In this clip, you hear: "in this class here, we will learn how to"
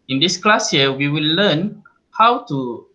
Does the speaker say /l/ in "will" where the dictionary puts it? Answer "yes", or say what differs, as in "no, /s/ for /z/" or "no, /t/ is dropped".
yes